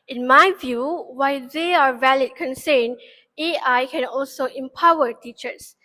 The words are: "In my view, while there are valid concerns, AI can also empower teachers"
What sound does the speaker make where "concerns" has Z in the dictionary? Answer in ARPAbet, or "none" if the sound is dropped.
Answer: none